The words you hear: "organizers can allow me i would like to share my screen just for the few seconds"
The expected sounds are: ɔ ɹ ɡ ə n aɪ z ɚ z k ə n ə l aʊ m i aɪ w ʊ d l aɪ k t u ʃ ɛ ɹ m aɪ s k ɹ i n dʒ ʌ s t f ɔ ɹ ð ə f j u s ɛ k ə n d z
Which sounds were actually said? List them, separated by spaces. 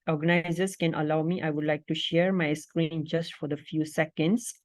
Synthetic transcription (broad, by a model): ɔ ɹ ɡ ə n aɪ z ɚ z k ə n ə l aʊ m i aɪ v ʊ d l aɪ k t u ʃ ɛ ɹ m aɪ s k ɹ i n dʒ ʌ s t f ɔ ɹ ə f j u s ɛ k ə n d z